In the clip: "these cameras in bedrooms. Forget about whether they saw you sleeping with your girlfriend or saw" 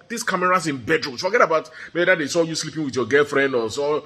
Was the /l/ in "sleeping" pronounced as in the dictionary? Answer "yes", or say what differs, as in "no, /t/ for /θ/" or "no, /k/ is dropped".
yes